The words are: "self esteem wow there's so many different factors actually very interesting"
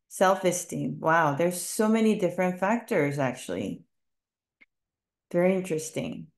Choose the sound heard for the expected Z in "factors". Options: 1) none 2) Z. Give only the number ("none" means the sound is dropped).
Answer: 2